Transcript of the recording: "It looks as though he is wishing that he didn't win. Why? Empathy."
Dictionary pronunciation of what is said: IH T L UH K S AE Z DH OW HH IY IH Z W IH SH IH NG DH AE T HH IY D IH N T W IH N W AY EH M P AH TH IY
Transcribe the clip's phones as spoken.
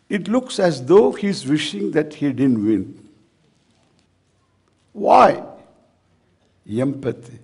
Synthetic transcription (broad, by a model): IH T L UH K S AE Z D OW HH IY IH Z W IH SH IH NG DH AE T HH IY D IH N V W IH N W AY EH M P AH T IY